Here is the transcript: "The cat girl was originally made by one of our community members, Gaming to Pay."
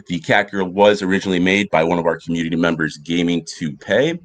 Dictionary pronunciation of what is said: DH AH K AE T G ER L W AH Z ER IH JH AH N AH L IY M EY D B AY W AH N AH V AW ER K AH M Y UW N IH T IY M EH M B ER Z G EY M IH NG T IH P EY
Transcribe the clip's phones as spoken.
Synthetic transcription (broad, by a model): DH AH K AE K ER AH W AH Z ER IH JH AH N L IY M EY D B AY W AH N AH V AW ER K M Y UW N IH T IY M EH M B ER Z G EY M IH NG T IH P EY